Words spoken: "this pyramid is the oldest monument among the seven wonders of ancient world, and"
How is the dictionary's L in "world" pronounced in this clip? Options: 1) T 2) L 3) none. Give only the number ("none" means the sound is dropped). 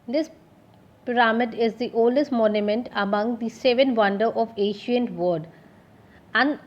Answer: 3